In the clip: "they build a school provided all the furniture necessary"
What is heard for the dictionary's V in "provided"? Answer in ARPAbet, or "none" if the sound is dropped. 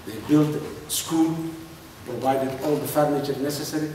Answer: V